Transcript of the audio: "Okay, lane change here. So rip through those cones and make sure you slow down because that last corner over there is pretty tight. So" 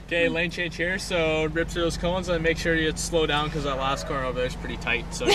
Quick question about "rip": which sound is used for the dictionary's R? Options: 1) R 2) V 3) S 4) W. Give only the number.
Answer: 1